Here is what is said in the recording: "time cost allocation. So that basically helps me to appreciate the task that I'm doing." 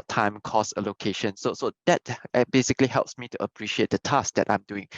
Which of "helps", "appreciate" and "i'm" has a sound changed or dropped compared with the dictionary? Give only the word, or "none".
none